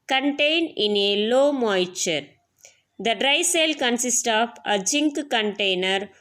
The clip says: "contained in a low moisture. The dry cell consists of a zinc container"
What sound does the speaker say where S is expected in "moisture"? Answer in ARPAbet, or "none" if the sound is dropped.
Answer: none